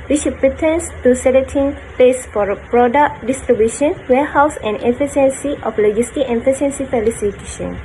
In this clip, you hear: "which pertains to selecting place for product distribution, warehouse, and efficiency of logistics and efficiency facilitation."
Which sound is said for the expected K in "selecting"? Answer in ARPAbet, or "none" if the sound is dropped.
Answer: none